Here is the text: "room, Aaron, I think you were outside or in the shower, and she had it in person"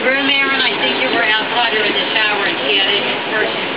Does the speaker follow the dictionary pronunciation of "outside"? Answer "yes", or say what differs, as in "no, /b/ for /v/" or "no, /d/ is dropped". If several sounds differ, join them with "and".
no, /s/ is dropped